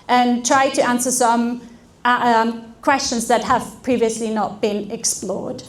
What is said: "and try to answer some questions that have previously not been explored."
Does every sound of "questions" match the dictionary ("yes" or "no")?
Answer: yes